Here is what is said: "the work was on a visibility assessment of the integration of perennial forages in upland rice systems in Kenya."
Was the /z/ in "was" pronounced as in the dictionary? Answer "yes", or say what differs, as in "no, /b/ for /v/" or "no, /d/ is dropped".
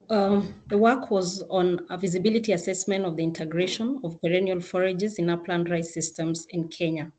yes